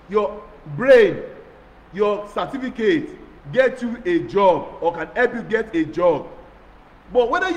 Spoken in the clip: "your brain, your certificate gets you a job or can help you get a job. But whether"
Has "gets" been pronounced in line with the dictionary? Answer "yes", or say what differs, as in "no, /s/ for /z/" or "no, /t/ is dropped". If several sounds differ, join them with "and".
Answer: no, /s/ is dropped